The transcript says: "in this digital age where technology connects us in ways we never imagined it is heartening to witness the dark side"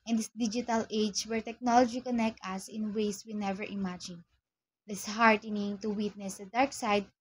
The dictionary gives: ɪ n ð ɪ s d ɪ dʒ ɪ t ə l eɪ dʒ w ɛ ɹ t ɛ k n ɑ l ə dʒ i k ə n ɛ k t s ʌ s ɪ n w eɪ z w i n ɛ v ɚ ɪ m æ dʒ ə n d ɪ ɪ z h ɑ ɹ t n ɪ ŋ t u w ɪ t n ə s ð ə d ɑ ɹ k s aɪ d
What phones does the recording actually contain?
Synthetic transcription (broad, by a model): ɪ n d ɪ s d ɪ dʒ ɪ t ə l eɪ dʒ w ɛ ɹ t ɛ k n ɑ l ə dʒ i k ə n ɛ k t ʌ s ɪ n w eɪ s w i n ɛ v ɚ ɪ m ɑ dʒ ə n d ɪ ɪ s h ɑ ɹ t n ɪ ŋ t u w ɪ t n ə s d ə d ɑ ɹ k s aɪ d